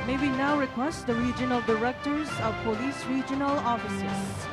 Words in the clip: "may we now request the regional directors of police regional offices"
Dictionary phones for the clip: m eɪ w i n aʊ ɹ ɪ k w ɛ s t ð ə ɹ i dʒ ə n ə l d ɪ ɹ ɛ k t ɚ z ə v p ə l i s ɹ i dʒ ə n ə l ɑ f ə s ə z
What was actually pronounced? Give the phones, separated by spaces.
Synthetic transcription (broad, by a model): m eɪ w i n aʊ ɹ ɪ k w ɛ s t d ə ɹ i dʒ ə n ə l d ɪ ɹ ɛ k t ɚ z ə v p ə l i s ɹ i dʒ ə n ə l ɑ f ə s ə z